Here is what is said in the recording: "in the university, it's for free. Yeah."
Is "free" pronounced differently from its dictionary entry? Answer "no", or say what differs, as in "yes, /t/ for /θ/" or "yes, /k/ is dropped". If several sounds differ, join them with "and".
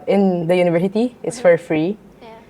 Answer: no